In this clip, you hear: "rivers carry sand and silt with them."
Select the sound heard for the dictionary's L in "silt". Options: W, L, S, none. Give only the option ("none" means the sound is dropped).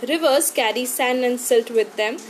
L